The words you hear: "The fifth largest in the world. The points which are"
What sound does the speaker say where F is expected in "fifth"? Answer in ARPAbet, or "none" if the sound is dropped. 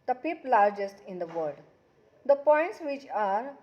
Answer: P